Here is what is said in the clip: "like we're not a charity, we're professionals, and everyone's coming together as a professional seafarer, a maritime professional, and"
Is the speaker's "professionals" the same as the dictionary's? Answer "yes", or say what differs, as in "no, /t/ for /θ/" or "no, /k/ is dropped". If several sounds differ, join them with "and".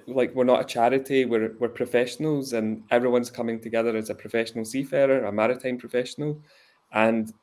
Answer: yes